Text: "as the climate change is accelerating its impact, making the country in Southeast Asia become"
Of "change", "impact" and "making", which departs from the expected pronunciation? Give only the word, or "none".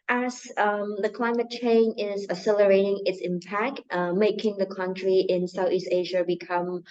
change